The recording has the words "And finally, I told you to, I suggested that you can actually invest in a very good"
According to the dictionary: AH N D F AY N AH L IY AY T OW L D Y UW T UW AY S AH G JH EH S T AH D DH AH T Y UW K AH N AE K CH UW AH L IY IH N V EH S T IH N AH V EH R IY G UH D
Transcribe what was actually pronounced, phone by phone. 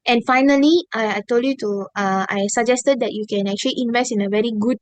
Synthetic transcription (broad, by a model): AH N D F AY N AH L IY AY T OW L D Y UW T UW AY S AH G JH EH S T AH D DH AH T Y UW K AH N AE K CH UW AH L IY IH N V EH S T IH N AH V EH R IY G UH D